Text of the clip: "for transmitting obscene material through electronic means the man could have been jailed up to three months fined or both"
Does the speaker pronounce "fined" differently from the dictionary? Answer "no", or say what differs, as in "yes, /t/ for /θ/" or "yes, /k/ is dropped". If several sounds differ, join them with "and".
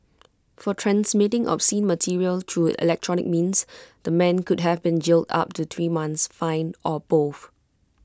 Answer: yes, /d/ is dropped